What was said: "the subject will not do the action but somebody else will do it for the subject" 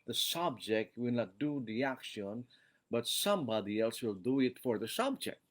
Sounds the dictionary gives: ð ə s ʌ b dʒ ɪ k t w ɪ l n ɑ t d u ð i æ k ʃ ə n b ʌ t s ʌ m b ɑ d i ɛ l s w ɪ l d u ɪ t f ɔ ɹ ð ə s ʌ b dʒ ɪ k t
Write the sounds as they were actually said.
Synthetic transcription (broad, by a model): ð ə s ʌ b dʒ ɪ k t w ɪ l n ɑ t d u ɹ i æ k ʃ ə n b ʌ t s ʌ m b ɑ d i ɛ l s w ɪ l d u ɪ t f ɔ ɹ ð ə s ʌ b dʒ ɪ k t